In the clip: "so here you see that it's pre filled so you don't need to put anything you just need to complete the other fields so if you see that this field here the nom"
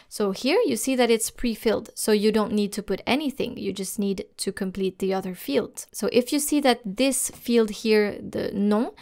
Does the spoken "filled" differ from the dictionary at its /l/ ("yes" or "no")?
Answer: no